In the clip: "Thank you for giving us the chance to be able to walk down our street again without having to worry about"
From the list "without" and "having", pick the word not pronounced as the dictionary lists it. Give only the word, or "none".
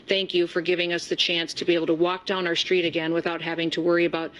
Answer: none